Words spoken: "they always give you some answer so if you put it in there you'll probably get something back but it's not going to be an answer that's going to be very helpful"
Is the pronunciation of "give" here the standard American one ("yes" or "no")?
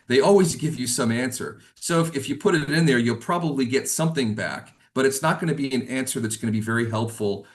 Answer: yes